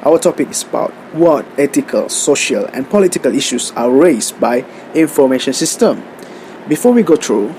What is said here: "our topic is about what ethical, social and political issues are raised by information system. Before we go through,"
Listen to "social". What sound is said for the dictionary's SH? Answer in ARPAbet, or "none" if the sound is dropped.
SH